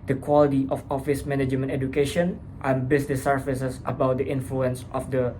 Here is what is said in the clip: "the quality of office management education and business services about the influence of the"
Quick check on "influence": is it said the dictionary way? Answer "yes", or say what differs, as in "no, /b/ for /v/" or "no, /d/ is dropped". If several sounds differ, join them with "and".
yes